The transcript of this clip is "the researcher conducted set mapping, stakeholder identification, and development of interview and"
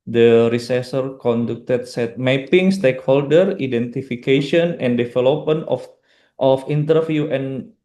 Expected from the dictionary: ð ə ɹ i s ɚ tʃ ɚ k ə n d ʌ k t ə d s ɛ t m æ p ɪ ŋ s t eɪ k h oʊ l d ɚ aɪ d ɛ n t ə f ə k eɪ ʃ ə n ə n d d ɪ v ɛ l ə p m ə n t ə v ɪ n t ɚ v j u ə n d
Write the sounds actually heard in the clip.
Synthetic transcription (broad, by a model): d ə ɹ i s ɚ s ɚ k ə n d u k t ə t s ɛ t m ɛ p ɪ ŋ s t eɪ k h oʊ l d ɚ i d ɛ n t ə f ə k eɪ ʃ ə n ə n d d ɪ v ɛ l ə p m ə n t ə f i n t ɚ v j u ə n